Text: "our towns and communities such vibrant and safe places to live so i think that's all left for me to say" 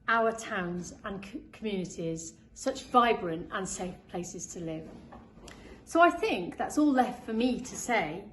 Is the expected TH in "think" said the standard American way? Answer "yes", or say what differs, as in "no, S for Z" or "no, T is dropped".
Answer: yes